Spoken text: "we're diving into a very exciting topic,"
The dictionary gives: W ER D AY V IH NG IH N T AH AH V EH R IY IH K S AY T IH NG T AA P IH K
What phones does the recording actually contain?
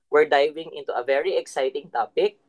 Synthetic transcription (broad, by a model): W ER D AY V IH NG IH N T AH AH V EH R IY IH K S AY T IH NG T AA P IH K